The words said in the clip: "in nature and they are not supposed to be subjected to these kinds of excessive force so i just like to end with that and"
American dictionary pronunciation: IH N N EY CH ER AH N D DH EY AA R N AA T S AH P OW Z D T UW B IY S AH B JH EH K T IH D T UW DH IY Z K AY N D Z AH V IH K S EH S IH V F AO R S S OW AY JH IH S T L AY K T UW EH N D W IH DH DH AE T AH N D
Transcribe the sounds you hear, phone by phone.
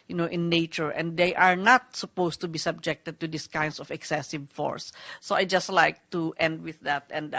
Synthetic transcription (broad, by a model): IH N N EY CH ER AH N D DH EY AA R N AA T S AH P OW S T UW B IY S AH B JH EH K T IH D T UW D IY S K AY N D S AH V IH K S EH S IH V F AO R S S OW AY JH IH S T L AY K T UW EH N D W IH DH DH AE T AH N D